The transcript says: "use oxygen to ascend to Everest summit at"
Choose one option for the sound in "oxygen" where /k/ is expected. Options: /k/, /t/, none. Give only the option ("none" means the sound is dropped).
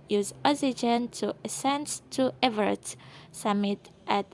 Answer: none